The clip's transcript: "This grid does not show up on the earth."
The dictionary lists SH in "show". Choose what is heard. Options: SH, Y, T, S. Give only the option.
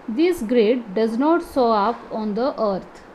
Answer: S